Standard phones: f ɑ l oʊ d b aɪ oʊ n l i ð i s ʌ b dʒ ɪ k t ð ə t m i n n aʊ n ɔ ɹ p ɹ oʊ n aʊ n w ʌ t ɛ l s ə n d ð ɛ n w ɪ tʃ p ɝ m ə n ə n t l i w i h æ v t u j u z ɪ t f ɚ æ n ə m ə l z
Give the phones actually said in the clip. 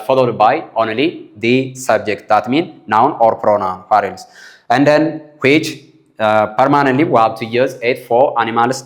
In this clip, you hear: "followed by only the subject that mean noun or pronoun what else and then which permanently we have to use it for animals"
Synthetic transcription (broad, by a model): f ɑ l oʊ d b aɪ oʊ n l i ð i s ʌ b dʒ ɪ k t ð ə t m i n n aʊ n ɔ ɹ p ɹ oʊ n aʊ n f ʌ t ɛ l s ə n d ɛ n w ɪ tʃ p ɝ m ə n ə n t l i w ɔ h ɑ w t u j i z ɪ t f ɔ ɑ n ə m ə l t